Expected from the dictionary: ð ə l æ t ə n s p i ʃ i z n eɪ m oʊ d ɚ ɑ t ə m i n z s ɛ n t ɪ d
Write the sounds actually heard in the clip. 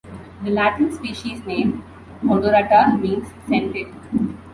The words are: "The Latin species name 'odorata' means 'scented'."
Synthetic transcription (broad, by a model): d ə l æ t ə n s p i ʃ i z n eɪ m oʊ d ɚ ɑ t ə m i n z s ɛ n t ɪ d